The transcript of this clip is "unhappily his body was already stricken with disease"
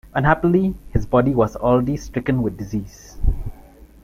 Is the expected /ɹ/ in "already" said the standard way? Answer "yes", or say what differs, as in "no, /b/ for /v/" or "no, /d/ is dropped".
no, /l/ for /ɹ/